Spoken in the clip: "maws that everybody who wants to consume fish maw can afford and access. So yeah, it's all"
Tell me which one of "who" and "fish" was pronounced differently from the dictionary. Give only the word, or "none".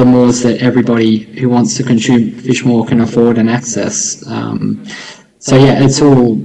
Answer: none